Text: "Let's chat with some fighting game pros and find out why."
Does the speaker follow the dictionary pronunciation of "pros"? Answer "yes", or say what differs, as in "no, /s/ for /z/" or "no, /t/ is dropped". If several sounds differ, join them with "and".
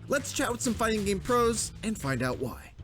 yes